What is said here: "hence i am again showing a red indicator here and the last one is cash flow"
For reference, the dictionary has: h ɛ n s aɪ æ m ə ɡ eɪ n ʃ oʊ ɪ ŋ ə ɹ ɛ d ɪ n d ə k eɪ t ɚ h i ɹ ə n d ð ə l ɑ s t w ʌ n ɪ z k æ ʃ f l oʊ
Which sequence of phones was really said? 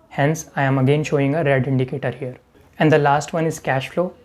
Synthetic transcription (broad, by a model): h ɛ n s aɪ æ m ə ɡ eɪ n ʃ oʊ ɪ ŋ ə ɹ ɛ d ɪ n d ə k eɪ t ɚ h i ɹ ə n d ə l ɑ s t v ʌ n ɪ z k æ ʃ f l oʊ